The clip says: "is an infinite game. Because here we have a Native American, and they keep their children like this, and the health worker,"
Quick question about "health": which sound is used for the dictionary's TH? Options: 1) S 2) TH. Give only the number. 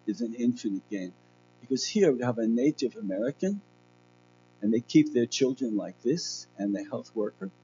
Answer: 2